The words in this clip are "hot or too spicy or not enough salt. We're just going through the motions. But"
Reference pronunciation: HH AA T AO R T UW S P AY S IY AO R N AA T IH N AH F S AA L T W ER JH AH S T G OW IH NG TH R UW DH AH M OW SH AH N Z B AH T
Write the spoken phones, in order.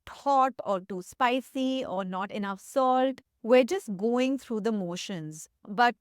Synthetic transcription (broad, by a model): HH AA T AO R T UW S P AY S IY AO R N AA T IH N AH F S AA L T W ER JH AH S T G OW IH NG T R UW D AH M OW SH AH N Z B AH T